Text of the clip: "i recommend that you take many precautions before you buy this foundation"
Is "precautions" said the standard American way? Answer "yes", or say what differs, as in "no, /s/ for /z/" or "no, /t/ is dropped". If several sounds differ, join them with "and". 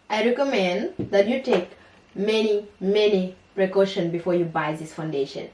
no, /z/ is dropped